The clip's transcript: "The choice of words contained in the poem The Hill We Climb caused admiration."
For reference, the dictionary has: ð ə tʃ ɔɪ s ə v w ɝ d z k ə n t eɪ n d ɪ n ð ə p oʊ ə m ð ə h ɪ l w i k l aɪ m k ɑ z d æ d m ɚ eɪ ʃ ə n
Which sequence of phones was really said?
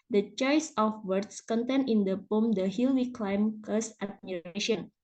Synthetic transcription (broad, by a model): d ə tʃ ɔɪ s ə f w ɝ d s k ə n t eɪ n ɪ n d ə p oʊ m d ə h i l w i k l aɪ m k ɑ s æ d m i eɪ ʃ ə n